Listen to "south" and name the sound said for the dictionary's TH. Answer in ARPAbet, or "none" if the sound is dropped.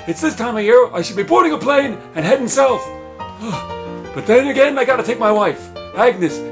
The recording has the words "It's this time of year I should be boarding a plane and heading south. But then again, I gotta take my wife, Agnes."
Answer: F